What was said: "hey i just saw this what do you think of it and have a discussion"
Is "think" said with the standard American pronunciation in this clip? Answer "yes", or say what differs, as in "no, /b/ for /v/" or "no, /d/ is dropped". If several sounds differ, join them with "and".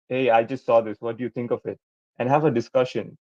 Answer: no, /t/ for /θ/